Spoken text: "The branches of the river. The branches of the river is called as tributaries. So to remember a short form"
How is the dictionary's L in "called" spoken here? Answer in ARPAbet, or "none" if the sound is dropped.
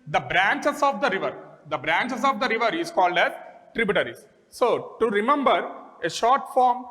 L